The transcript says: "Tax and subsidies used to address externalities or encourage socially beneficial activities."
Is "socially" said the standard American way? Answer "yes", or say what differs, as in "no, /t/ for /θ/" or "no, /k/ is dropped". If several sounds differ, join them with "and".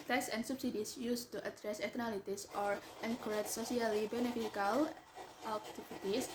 no, /s/ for /ʃ/